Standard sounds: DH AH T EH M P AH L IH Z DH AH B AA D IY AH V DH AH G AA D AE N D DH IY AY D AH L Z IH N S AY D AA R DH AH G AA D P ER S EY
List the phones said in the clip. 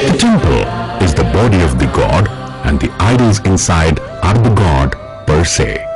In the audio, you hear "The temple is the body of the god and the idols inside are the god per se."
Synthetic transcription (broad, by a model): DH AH T EH M P AH L IH Z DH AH B AA D IY AH V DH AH G AA D AE N D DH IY AY D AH L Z IH N S AY D AA R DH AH G AA D P ER S EY